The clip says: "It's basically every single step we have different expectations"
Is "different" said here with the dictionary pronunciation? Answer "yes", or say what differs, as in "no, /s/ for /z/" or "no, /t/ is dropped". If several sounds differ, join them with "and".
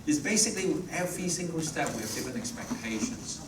no, /t/ is dropped